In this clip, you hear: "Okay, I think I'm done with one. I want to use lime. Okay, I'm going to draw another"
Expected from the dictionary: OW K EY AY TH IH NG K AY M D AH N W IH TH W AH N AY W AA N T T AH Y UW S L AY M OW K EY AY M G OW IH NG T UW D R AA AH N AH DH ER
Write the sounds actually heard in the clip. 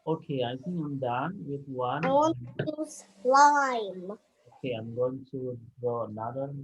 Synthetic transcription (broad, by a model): OW K EY AY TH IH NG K AY M D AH N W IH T W AH N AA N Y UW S L AY M OW K EY AY M G OW IH NG T UW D AH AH N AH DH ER